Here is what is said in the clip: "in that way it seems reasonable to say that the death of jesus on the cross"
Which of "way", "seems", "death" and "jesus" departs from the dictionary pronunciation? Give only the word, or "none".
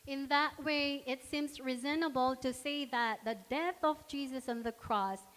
none